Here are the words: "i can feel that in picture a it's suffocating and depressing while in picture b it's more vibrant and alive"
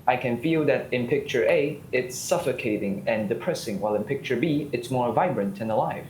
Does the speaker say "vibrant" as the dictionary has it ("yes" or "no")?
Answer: yes